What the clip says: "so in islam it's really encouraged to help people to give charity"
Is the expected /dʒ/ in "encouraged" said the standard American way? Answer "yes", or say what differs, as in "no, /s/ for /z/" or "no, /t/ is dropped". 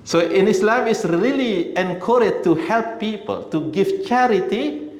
no, /dʒ/ is dropped